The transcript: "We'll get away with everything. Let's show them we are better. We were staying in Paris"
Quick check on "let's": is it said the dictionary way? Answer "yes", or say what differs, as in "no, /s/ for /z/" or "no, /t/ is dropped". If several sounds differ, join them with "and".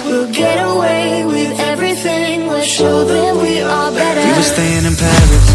no, /w/ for /l/